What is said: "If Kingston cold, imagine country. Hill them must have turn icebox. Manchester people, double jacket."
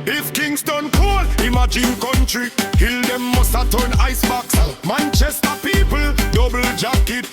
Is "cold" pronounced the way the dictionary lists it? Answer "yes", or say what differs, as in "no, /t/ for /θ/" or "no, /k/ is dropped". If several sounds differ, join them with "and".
no, /d/ is dropped